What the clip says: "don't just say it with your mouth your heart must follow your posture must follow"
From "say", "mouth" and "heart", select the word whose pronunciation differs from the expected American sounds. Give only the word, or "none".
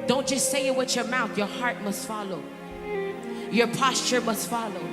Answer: none